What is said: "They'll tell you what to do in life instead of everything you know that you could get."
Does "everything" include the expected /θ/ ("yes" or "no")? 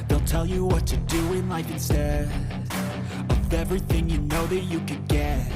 yes